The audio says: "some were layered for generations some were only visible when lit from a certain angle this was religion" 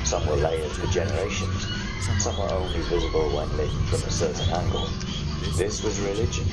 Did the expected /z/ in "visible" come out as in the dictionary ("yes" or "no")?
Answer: yes